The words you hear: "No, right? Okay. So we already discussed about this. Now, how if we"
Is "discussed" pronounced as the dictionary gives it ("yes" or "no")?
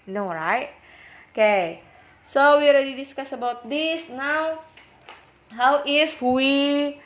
no